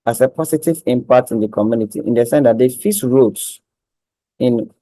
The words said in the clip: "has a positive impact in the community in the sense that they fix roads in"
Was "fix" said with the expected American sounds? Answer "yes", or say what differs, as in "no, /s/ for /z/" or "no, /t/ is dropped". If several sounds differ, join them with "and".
no, /k/ is dropped